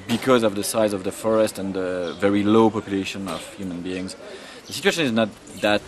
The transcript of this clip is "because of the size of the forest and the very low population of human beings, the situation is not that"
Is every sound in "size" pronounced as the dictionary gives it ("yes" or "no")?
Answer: yes